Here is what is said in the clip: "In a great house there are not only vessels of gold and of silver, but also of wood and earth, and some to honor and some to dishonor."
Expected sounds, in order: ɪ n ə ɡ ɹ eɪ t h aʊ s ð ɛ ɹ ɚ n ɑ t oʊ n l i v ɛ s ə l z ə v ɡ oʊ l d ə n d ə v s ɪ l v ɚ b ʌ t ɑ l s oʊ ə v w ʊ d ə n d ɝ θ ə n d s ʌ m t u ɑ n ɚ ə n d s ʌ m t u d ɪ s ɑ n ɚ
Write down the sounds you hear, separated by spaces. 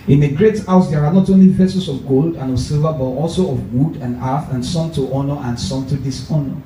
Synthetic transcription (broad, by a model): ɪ n ə ɡ ɹ eɪ t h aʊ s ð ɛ ɹ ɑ n ɑ t oʊ n l i p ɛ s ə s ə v ɡ oʊ l d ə n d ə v s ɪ l v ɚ b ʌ t ɑ l s oʊ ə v w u d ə n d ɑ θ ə n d s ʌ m t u ɑ n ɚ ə n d s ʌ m t u d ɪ s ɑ n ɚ